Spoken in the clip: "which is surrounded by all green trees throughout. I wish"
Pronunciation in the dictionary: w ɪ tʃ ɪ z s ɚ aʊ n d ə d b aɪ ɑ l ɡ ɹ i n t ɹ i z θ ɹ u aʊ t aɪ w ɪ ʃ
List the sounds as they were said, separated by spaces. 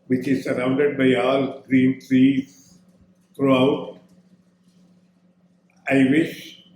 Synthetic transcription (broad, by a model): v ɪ tʃ ɪ z s ɚ aʊ n d ə d b aɪ ɑ l ɡ ɹ i n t ɹ i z t ɹ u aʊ t aɪ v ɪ ʃ